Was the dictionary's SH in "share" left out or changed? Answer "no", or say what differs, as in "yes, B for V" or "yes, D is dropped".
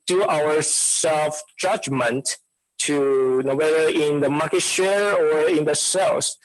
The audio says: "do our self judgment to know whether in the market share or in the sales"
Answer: no